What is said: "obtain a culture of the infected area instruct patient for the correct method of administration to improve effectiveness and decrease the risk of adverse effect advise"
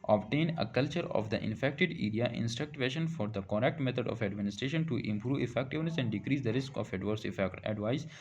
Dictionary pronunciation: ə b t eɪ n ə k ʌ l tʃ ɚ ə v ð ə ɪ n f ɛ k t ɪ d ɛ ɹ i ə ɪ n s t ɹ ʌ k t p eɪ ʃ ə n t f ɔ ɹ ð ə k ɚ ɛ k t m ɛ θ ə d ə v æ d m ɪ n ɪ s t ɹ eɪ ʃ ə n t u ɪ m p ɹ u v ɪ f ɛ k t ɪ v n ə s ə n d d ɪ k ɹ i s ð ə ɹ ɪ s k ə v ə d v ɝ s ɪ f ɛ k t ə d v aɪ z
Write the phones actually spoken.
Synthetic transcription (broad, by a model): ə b t eɪ n ə k ʌ l tʃ ɚ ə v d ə ɪ n f ɛ k t ɪ d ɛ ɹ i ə ɪ n s t ɹ ʌ k t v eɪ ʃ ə n f ɔ ɹ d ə k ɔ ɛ k t m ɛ t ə d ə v æ d m ɪ n ɪ s t ɹ eɪ ʃ ə n t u ɪ m p ɹ u v ɪ f ɛ k t ɪ v n ə s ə n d d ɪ k ɹ i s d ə ɹ ɪ s k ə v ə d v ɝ s ɪ f ɛ k t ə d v aɪ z